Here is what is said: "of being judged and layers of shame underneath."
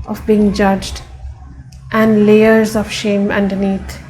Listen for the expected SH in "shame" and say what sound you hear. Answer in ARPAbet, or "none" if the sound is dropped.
SH